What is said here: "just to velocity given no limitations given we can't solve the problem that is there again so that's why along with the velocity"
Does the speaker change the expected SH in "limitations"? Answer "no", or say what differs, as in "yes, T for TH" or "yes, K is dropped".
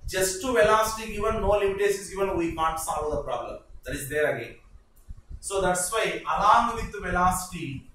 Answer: yes, S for SH